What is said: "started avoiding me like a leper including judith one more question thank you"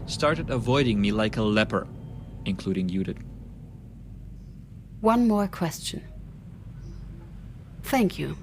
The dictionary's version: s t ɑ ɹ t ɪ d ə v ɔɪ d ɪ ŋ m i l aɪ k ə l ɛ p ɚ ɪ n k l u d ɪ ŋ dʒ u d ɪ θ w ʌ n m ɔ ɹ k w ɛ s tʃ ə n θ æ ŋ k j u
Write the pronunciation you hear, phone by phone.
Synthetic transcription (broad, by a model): s t ɑ ɹ t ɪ d ə v ɔɪ d ɪ ŋ m i l aɪ k ə l ɛ p ɚ ɪ n k l u d ɪ ŋ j u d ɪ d w ʌ n m ɔ ɹ k w ɛ s tʃ ə n θ æ ŋ k j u